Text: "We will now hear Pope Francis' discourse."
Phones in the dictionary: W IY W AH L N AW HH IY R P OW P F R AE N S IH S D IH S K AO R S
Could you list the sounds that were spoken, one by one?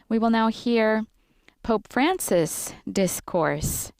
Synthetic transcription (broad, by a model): W IY W AH L N AW HH IY R P OW P F R AE N S IH S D IH S K AO R S